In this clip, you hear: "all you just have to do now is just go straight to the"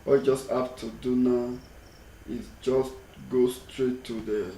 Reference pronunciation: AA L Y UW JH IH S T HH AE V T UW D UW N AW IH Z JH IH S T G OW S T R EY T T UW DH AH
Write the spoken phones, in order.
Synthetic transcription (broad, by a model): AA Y JH IH S T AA P T UW D UW N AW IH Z JH IH S T G OW S T R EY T T UW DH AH